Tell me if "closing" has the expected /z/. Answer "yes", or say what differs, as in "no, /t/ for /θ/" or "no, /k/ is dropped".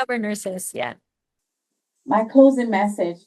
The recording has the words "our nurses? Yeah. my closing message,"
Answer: yes